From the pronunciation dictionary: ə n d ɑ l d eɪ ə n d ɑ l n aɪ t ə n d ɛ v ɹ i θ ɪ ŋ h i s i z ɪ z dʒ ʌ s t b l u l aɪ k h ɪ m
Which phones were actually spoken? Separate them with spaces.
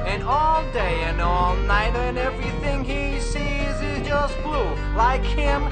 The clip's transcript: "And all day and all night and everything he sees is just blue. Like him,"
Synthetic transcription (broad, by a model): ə n ɑ l d eɪ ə n ɑ l n aɪ t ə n ɛ v ɹ i θ ɪ ŋ i s i z ɪ z dʒ ʌ s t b l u l aɪ k h ɪ m